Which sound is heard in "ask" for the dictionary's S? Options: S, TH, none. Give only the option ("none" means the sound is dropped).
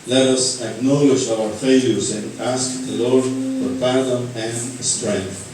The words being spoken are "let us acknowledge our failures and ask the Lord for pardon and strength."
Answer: S